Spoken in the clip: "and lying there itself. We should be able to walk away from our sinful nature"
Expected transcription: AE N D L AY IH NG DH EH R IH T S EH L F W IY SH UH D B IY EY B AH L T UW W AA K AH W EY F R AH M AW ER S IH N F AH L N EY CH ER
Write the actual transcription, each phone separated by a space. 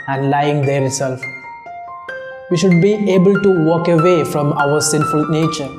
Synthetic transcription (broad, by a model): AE N D L AY IH NG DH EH R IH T S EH L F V IY SH UH D B IY EY B AH L T UW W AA K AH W EY F R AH M AW ER S IH N F AH L N EY CH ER